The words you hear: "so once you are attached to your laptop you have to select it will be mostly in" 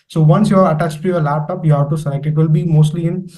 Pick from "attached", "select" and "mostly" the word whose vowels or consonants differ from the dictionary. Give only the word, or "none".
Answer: select